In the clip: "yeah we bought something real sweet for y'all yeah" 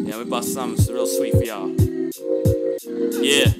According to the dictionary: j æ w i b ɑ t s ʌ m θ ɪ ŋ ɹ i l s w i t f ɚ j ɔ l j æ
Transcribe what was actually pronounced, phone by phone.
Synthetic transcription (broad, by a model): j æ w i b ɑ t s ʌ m s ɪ ɹ i l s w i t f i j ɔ j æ